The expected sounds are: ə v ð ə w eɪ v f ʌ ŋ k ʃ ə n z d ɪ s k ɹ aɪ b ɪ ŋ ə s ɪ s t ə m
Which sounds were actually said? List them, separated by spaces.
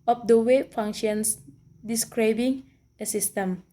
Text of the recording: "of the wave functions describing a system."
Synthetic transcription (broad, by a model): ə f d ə w eɪ f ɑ ŋ ʃ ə n s d ɪ s k ɹ aɪ b ɪ ŋ ə s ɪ s t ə m